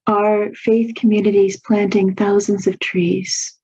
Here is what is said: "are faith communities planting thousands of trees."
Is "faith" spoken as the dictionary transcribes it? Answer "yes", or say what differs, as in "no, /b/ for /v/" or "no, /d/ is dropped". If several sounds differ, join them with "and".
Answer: yes